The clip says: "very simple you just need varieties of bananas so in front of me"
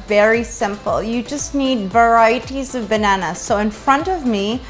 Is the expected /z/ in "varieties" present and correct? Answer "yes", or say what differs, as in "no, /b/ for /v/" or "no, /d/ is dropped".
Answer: yes